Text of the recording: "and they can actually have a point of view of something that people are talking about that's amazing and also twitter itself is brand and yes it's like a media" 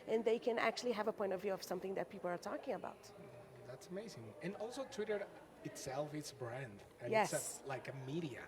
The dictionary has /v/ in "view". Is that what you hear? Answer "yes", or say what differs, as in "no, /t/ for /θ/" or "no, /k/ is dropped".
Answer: yes